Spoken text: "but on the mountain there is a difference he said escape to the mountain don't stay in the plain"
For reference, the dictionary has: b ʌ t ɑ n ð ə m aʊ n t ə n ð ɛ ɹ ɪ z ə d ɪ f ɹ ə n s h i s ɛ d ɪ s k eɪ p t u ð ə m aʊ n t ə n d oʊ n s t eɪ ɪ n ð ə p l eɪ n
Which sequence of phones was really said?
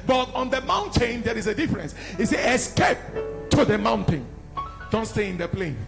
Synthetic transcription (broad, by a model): b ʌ t ɑ n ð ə m aʊ n t ə n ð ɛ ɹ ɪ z ə d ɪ f ɹ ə n s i s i ɪ s k eɪ p t u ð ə m aʊ n t ə n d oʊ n s t eɪ ɪ n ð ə p l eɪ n